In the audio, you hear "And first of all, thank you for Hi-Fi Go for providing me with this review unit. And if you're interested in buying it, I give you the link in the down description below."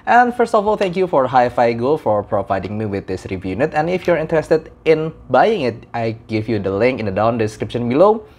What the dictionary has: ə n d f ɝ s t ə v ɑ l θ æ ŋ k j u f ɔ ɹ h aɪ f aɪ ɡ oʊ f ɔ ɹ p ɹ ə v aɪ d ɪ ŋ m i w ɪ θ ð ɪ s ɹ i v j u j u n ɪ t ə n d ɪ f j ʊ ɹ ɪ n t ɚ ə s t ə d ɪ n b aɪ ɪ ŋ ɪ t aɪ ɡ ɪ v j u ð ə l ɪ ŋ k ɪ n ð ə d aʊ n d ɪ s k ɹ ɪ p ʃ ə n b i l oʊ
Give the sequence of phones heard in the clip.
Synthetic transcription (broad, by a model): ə n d f ɝ s t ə f ɑ l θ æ ŋ k j u f ɔ ɹ h aɪ f aɪ ɡ oʊ f ɔ ɹ p ɹ ə v aɪ d ɪ ŋ m i w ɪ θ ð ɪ s ɹ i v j j u n ɪ t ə n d ɪ f j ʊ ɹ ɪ n t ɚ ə s t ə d ɪ n b aɪ ɪ ŋ ɪ t aɪ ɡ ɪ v j u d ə l ɪ ŋ k ɪ n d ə d aʊ n d ɪ s k ɹ ɪ p ʃ ə n b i l oʊ